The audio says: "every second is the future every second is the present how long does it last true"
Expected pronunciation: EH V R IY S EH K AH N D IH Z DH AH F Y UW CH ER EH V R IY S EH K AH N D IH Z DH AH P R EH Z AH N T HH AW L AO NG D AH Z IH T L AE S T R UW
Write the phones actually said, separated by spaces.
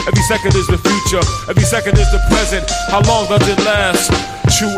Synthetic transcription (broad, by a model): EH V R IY S EH K AH N D IH Z DH AH F Y UW CH ER EH V R IY S EH K AH N D IH Z DH AH P R EH Z AH N T HH AW L AO NG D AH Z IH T L AE S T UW